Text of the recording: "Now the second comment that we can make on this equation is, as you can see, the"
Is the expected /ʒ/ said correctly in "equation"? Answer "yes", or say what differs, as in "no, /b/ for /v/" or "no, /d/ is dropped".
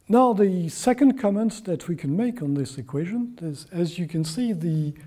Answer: yes